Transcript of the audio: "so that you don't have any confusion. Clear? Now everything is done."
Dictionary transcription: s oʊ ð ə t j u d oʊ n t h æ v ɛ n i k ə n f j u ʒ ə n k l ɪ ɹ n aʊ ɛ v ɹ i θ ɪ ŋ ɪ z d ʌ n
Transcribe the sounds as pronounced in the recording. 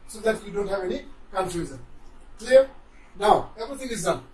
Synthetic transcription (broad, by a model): s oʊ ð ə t j u d oʊ n t h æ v ɛ n i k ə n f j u z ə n k l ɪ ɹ n aʊ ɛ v i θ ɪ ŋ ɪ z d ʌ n